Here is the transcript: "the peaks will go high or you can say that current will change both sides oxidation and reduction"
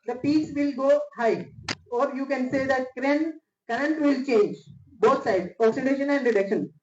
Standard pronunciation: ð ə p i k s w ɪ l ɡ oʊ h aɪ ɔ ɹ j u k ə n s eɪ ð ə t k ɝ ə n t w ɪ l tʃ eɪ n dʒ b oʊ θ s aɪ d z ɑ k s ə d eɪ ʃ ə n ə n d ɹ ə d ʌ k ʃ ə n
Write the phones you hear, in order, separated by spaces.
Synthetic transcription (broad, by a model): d ə p i s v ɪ l ɡ oʊ h aɪ ɔ ɹ j u k ə n s eɪ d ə t k ɝ ə n t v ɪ l tʃ eɪ n dʒ b oʊ t s aɪ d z ɑ k s ə d eɪ ʃ ə n ə n d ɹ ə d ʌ k ʃ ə n